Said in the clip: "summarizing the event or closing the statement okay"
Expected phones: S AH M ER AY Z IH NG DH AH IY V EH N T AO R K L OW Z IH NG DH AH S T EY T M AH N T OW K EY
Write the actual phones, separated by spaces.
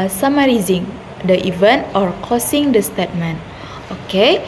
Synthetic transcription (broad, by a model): S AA M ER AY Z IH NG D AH IY V EH N T AO R K OW S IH NG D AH S T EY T M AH N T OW K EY